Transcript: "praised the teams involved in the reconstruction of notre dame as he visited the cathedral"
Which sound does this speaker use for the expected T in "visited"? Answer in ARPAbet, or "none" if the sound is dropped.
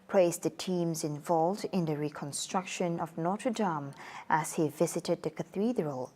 T